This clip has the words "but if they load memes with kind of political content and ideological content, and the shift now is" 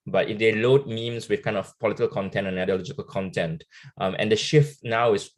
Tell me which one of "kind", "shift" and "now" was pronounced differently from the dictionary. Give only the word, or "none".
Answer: none